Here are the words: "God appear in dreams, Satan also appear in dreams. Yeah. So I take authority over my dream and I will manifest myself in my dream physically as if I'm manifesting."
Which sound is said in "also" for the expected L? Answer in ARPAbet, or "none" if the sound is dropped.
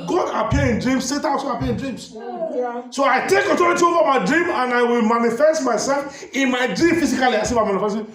none